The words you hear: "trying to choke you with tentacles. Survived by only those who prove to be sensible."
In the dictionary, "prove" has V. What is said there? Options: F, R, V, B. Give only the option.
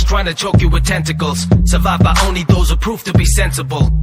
F